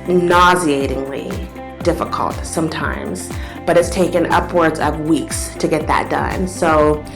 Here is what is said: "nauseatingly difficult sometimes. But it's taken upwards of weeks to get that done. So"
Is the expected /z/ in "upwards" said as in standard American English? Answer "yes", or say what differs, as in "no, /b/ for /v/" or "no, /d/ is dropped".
yes